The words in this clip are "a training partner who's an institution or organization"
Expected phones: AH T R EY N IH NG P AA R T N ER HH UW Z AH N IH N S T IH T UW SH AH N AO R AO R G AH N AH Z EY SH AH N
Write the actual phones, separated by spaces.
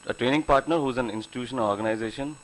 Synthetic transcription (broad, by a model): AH T R EY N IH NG P AA R T N ER HH UW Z AH N IH N S T IH T UW SH AH N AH L AO R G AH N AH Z EY SH AH N